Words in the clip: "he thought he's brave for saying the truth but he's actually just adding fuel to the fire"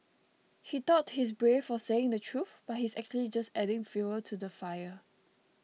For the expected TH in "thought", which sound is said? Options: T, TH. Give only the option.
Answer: T